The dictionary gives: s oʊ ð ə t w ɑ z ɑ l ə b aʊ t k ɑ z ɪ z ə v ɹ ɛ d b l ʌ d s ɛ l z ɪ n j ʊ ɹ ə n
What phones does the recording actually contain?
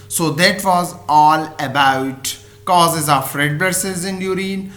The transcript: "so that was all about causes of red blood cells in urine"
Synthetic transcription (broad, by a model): s oʊ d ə t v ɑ z ɑ l ə b aʊ t k ɑ z ɪ z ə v ɹ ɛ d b ʌ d s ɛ z ɪ n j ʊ ɹ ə n